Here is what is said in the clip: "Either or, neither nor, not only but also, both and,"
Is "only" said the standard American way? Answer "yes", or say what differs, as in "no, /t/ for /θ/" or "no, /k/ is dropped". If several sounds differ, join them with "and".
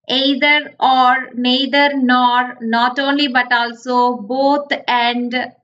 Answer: yes